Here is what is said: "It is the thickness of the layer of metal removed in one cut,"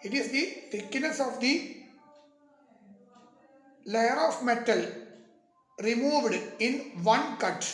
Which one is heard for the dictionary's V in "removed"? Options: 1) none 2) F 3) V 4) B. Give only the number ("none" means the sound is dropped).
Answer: 3